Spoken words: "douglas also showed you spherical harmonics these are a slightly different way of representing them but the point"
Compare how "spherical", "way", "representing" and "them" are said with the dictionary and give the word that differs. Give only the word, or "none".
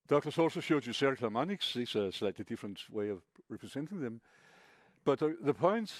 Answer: spherical